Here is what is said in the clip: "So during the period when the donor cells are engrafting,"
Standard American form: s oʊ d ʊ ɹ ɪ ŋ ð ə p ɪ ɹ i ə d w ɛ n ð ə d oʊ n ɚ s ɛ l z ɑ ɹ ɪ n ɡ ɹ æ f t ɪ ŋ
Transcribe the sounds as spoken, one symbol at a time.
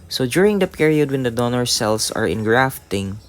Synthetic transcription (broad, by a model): s oʊ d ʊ ɹ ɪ ŋ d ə p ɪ ɹ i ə d w ɛ n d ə d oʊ n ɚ s ɛ l s ɑ ɹ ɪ n ɡ ɹ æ f t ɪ ŋ